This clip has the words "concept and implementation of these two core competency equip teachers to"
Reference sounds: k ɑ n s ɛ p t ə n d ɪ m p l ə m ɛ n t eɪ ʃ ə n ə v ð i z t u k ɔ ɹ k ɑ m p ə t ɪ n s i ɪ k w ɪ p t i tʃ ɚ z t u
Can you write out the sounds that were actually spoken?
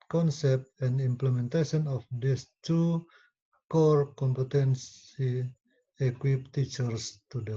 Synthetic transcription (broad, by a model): k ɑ n s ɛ p t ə n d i m p l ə m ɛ n t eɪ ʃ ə n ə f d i s t u k ɔ ɹ k ɑ m p ə t ɪ n s i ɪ k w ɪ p t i tʃ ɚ s t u